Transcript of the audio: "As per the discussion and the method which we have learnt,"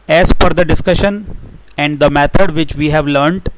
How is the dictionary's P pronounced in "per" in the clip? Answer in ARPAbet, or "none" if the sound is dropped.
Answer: F